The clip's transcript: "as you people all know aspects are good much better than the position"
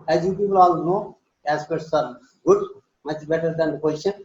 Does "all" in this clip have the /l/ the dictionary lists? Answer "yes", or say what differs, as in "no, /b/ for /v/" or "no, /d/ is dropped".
yes